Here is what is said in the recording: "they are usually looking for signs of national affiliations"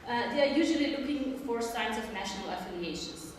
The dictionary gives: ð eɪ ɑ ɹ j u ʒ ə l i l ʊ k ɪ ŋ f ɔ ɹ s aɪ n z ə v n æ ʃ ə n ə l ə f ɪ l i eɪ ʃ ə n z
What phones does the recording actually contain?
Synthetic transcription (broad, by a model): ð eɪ ɑ ɹ j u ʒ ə l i l ʊ k ɪ ŋ f ɔ ɹ s aɪ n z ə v n æ ʃ ə n ə l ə f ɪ l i eɪ ʃ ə n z